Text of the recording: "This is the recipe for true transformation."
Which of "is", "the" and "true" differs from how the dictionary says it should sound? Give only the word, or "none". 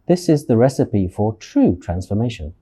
none